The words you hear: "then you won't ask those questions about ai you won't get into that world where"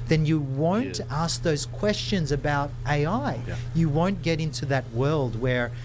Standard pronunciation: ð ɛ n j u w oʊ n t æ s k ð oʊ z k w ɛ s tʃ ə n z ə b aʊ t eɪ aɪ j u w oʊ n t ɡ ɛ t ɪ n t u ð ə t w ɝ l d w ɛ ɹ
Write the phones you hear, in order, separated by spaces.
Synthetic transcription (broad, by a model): ð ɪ n j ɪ w oʊ n t æ s k ð oʊ z k w ɛ s tʃ ə n z ə b aʊ t eɪ aɪ j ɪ w oʊ n ɡ ɛ t ɪ n t u ð ə t w ɝ l d w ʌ ɹ